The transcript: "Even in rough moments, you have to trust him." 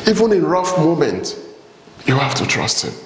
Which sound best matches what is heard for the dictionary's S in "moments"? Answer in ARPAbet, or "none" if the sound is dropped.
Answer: none